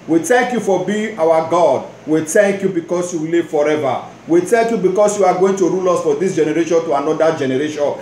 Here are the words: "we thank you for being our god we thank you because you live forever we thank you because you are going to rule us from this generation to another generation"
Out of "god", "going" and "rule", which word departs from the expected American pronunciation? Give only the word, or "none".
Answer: none